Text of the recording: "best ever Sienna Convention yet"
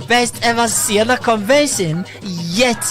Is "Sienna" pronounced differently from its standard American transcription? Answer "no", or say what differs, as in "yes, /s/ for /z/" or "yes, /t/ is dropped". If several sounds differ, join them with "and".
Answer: yes, /l/ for /n/